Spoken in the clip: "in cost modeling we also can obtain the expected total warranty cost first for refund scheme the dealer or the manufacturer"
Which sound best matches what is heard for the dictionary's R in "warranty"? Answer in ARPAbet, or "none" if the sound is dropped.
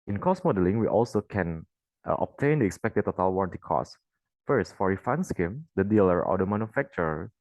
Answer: R